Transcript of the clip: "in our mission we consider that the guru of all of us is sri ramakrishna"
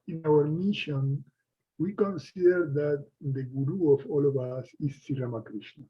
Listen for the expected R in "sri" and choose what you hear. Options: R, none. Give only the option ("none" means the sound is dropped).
none